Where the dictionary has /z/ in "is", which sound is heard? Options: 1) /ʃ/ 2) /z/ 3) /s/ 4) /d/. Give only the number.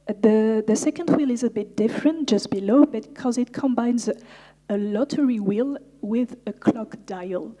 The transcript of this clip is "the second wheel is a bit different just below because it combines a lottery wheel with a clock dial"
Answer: 2